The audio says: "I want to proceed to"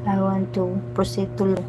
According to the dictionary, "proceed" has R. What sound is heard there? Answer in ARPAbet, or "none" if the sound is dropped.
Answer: none